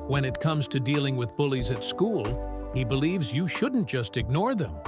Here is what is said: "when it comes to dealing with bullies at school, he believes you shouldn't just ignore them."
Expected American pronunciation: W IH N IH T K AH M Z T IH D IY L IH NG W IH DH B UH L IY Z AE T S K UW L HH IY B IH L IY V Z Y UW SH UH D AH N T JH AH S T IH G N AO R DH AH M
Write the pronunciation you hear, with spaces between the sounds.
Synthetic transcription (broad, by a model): W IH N IH T K AH M Z T IH D IY L IH NG W IH DH B UH L IY Z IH T S K UW L HH IY B IH L IY V Z Y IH SH UH D N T JH AH S T IH G N AO R DH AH M